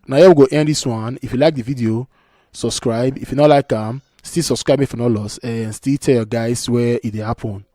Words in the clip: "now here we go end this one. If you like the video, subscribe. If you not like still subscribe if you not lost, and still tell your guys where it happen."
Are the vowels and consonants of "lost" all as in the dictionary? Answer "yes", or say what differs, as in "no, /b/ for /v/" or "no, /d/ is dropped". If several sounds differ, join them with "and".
no, /t/ is dropped